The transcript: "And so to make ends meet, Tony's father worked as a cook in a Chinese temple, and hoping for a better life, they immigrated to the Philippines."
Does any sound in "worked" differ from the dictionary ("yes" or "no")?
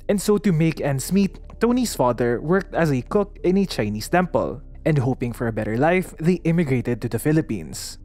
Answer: no